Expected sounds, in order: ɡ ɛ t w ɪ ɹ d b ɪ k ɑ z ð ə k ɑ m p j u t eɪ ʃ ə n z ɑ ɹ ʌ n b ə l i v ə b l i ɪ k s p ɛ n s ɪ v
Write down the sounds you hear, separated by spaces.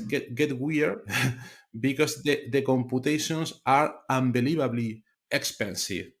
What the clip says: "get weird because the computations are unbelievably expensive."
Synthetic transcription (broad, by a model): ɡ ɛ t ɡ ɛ w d b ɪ k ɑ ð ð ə k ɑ m p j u t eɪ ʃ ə n s ɑ ɹ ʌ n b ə l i b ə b l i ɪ k s p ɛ n s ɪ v